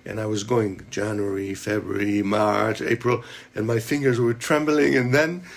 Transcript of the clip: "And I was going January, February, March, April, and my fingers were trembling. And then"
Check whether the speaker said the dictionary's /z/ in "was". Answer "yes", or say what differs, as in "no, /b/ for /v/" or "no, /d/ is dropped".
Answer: yes